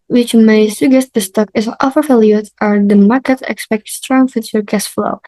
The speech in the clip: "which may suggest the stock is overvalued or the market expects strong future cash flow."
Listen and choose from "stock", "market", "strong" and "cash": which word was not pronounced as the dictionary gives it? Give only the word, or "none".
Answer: cash